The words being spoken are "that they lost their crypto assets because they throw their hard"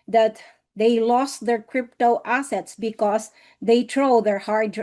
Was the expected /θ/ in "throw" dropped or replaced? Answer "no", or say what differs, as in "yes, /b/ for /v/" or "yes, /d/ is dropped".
yes, /t/ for /θ/